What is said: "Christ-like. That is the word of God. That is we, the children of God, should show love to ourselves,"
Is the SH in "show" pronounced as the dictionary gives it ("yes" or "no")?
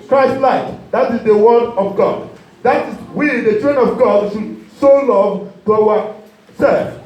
no